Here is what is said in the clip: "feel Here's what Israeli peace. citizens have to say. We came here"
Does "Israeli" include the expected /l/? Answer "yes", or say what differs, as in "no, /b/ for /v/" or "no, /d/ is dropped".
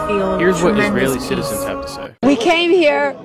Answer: no, /l/ is dropped